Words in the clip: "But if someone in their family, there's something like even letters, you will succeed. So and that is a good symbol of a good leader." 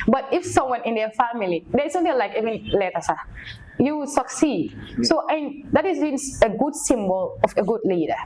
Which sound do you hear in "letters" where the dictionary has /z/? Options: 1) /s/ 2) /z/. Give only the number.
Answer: 1